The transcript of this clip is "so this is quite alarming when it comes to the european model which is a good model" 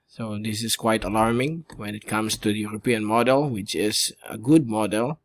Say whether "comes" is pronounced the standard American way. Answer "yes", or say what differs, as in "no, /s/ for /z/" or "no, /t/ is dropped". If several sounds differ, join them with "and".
no, /s/ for /z/